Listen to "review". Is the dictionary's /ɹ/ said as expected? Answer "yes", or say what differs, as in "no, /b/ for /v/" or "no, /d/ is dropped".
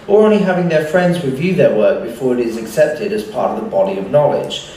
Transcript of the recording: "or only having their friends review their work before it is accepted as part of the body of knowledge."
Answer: no, /w/ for /ɹ/